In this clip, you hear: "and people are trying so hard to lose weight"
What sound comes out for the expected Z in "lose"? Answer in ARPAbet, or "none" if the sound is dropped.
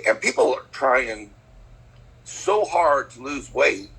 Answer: Z